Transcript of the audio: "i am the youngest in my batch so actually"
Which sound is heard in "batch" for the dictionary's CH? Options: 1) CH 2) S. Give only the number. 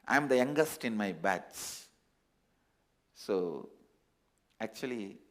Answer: 2